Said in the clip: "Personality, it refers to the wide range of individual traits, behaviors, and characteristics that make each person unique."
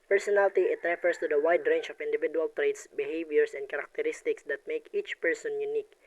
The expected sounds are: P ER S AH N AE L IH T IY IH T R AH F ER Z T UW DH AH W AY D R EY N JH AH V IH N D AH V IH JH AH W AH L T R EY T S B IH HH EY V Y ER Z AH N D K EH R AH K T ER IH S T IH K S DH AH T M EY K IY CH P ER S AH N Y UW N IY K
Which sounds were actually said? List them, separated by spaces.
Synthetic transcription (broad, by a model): P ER S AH N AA L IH T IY IH T R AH F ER S T UW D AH W AY D R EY N CH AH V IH N D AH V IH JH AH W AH L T R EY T S B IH HH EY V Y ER S AH N D K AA R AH K T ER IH S T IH K S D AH T M EY K IY CH P ER S AH N Y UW N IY K